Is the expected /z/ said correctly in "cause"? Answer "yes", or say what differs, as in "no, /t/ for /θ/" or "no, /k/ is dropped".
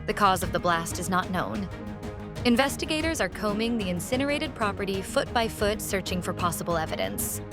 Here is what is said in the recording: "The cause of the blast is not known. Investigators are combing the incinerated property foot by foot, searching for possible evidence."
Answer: yes